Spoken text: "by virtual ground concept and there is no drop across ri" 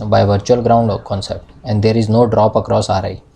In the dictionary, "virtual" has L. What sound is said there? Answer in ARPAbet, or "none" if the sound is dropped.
L